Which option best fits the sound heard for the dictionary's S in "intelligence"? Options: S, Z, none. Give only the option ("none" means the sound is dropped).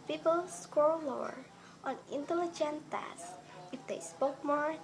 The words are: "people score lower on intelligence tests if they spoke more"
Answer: none